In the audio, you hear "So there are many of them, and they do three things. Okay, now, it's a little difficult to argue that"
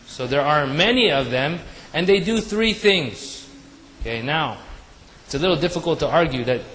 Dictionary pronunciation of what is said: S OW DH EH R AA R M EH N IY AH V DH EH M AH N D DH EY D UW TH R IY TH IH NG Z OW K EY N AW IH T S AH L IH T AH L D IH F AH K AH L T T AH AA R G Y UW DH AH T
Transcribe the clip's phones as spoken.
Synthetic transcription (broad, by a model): S OW DH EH R AA R M EH N IY AH V DH EH M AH N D DH EY D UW TH R IY TH IH NG Z OW K EY N AW IH T S AH L IH T L D IH F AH K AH L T T AH AA R G Y UW DH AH T